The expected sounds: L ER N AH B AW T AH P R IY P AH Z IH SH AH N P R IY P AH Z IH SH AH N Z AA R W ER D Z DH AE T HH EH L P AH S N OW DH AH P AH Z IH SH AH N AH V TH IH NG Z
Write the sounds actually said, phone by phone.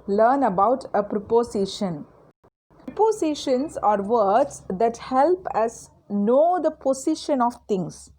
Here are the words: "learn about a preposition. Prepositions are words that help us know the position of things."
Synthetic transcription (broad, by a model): L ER N AH B AW T AH P R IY P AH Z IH SH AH N P IY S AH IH SH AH N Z AA R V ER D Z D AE T HH EH L P AH S N OW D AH P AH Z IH SH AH N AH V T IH NG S